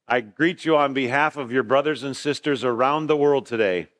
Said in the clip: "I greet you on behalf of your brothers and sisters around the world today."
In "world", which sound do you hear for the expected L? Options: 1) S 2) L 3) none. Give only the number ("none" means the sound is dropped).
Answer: 2